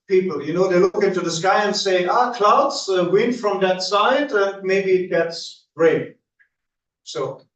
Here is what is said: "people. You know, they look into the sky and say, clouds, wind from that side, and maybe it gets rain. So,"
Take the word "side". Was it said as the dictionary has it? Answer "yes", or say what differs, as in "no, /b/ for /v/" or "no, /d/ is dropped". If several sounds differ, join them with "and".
yes